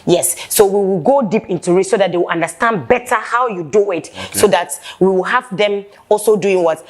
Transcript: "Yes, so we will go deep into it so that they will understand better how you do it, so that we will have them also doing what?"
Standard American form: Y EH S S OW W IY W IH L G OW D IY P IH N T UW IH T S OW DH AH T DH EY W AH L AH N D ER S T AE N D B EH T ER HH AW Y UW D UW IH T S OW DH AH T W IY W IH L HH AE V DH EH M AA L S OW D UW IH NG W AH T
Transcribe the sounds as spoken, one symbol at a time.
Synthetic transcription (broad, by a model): Y EH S S OW W IY W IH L G OW D IY P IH N T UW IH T S OW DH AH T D EY W AH L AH N D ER S T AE N D B EH T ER HH AW Y UW D UW IH T S OW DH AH T W IY W IH L HH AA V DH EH M AA L S OW D UW IH NG W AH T